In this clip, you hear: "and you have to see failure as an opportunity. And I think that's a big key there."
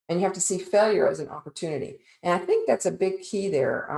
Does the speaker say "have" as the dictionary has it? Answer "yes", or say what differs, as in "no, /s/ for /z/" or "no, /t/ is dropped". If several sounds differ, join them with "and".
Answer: no, /f/ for /v/